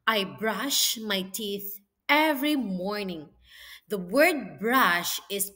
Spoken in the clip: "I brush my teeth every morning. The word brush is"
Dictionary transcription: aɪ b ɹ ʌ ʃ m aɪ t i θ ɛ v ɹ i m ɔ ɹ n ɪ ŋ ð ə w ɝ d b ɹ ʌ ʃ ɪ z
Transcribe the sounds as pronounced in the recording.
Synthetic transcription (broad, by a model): aɪ b ɹ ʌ ʃ m aɪ t i θ ɛ v ɹ i m ɔ ɹ n ɪ ŋ ð ə w ɝ d b ɹ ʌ ʃ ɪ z